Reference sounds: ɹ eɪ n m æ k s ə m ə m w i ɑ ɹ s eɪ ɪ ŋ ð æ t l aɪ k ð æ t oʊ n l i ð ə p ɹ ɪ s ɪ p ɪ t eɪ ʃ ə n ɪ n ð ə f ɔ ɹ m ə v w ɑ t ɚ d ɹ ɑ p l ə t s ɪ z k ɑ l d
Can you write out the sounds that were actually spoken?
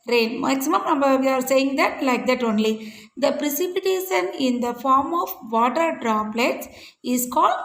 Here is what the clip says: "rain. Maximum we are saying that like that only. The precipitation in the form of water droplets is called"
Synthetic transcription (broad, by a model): ɹ eɪ n m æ k s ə m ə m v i ɑ ɹ s eɪ ɪ ŋ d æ t l aɪ k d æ t oʊ n l i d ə p ɹ ɪ s ɪ p ɪ t eɪ ʃ ə n ɪ n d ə f ɔ ɹ m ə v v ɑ t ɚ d ɹ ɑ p l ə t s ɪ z k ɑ l d